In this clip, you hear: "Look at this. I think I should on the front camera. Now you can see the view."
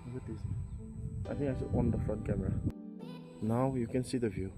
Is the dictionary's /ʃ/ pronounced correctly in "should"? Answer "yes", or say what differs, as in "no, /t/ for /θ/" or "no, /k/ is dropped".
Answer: no, /s/ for /ʃ/